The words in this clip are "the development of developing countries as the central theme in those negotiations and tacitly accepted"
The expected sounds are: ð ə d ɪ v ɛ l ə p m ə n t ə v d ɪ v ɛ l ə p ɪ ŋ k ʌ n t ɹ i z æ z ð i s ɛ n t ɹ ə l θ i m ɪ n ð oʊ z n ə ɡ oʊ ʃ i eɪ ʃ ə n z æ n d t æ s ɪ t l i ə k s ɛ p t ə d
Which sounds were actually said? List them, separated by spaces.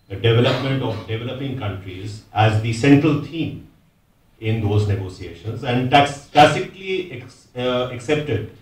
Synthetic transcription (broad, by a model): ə d ɪ v ɛ l ə p m ə n t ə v d ɪ v ɛ l ə p ɪ ŋ k ʌ n t ɹ i z æ z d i s ɛ n t ɹ ə l t i m ɪ n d oʊ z n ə ɡ oʊ s i eɪ ʃ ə n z æ n d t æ s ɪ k l i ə k s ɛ p t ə d